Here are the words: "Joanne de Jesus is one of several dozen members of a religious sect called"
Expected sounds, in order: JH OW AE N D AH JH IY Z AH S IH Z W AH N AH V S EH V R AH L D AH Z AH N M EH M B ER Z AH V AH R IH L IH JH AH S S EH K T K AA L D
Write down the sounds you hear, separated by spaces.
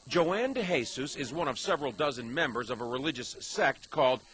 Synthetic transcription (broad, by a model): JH OW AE N D AH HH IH S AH S IH Z W AH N AH V S EH V R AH L D AH Z AH N M EH M B ER Z AH V AH R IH L IH JH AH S S EH K T K AA L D